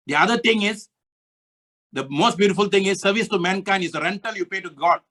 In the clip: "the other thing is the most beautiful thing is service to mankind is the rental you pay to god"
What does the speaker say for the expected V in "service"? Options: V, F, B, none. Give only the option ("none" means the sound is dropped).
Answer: V